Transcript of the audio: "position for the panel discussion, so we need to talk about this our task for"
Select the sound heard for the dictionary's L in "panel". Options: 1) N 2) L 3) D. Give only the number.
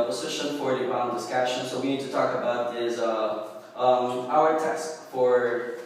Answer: 1